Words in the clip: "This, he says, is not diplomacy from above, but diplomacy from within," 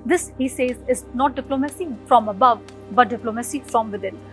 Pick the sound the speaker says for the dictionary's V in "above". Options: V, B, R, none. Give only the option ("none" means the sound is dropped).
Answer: V